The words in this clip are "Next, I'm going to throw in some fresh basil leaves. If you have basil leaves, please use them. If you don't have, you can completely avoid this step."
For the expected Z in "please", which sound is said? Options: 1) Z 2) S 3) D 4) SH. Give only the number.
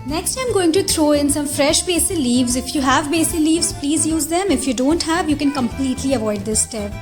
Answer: 1